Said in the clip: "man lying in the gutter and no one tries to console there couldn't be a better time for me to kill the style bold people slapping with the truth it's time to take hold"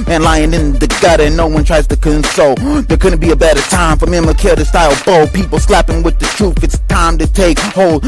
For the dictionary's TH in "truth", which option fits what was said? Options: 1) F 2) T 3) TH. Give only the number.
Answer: 1